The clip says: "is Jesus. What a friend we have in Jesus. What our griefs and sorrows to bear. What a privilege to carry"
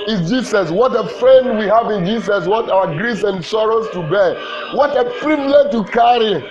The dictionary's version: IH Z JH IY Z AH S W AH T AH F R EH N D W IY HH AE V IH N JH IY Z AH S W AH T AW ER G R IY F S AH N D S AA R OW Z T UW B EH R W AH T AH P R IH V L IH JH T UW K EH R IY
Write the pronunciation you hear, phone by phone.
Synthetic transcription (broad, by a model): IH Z JH IY S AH S W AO T AH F R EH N W IY HH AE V IH N JH IY S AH S W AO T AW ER G R IY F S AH N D S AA R OW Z T UW B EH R W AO T AH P R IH B L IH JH T UW K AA R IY